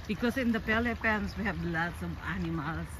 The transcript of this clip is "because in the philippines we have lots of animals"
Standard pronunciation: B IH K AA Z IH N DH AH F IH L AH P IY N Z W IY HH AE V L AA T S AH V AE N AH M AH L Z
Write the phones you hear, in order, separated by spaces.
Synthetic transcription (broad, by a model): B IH K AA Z IH N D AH P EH L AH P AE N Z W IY HH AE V L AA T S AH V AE N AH M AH L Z